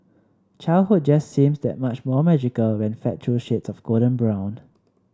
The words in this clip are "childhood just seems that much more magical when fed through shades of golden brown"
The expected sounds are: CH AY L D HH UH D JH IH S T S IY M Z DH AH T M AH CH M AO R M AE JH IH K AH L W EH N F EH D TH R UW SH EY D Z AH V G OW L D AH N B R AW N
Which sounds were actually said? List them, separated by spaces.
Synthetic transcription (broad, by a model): CH AY L HH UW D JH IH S S IY M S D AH T M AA CH M AO M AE JH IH K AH L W EH N F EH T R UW SH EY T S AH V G OW D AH N B R AW N